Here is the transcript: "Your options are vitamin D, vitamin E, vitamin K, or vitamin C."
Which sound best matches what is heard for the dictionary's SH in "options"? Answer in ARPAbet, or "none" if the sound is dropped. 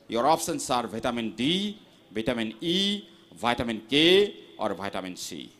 S